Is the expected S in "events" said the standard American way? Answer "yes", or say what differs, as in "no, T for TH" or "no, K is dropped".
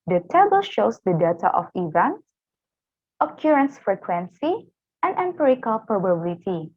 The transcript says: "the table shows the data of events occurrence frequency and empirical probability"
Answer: no, S is dropped